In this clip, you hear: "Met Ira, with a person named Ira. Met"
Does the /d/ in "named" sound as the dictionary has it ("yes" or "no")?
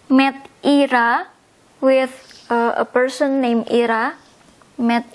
no